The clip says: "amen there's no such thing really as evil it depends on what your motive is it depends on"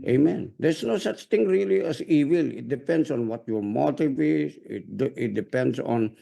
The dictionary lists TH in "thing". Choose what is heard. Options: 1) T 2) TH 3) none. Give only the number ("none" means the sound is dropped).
1